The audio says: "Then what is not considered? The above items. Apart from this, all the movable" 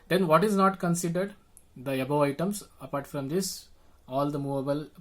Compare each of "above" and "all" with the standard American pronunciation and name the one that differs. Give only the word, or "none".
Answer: above